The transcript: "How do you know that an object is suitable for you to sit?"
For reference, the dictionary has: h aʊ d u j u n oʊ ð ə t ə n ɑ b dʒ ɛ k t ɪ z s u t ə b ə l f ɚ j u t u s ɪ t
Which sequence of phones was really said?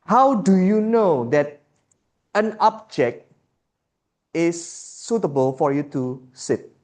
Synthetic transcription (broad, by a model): h aʊ d u j u n oʊ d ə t ə n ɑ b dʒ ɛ k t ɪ s u t ə b ə l f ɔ j u t u s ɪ t